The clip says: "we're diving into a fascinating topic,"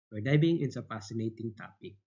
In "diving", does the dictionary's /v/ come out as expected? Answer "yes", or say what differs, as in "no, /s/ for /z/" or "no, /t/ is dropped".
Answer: no, /b/ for /v/